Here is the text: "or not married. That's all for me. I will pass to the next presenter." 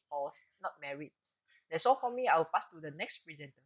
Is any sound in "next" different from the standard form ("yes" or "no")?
no